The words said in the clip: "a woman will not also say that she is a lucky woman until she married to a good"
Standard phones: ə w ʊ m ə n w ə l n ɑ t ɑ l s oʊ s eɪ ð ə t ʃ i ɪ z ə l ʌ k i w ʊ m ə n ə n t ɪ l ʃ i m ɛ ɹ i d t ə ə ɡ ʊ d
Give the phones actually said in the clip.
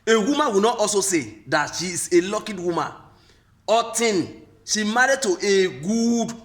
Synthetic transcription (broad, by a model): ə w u m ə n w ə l n ɑ t ɑ l s oʊ s eɪ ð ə t ʃ i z ə l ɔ k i w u m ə n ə t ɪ n ʃ i m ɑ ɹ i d t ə ə ɡ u d